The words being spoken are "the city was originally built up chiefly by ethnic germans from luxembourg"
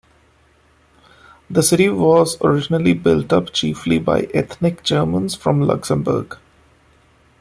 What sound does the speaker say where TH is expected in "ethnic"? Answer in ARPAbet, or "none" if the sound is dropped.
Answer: T